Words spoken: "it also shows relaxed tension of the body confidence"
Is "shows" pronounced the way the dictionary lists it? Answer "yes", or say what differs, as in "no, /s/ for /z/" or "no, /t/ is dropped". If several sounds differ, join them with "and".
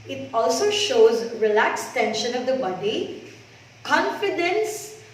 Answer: yes